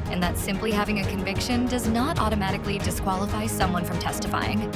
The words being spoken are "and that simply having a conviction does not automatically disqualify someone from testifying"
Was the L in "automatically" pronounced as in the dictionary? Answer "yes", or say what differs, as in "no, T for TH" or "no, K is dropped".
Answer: yes